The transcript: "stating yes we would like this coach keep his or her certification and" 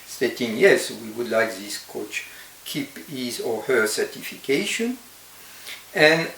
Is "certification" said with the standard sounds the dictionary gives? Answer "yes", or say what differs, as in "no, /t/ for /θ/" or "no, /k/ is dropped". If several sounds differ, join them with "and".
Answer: yes